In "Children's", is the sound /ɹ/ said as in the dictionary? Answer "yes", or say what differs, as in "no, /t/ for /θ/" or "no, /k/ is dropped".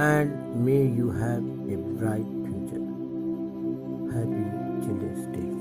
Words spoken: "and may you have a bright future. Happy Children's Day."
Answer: no, /ɹ/ is dropped